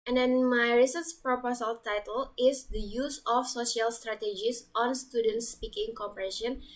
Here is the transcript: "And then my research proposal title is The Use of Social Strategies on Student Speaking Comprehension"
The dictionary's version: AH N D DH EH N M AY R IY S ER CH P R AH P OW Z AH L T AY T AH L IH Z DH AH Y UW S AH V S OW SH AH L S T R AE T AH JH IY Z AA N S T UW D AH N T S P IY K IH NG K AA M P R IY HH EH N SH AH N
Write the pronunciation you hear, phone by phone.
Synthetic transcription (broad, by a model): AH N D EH N M AY R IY S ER S P R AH P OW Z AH L T AY T AH L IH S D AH Y UW S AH F S OW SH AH L S T R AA T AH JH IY S AA N S T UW D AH N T S P IY K IH NG K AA M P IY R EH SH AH N